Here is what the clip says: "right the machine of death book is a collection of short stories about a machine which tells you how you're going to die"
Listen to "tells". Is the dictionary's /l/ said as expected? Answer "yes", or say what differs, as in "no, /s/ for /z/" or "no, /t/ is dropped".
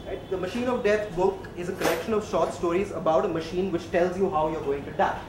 yes